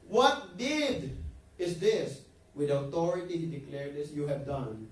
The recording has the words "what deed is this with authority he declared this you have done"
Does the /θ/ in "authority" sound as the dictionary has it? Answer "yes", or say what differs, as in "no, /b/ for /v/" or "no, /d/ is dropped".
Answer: no, /t/ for /θ/